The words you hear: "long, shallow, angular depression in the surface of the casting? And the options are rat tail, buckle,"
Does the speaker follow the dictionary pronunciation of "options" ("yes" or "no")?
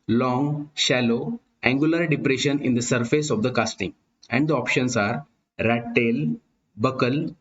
no